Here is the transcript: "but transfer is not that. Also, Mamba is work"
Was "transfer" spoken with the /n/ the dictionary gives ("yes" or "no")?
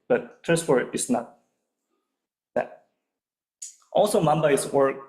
no